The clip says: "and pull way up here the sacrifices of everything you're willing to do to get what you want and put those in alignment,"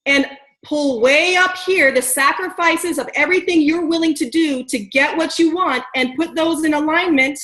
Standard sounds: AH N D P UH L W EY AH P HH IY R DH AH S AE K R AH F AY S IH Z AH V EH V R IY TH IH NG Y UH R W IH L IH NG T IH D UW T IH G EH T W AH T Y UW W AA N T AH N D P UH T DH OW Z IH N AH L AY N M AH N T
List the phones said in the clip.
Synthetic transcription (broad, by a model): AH N P UH L W EY AH P HH IY R DH AH S AE K R AH F AY S IH Z AH V EH V R IY TH IH NG Y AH R W IH L IH NG T IH D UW T IH G EH T W AH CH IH W AA N T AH N P UH T DH OW Z IH N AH L AY N M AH N T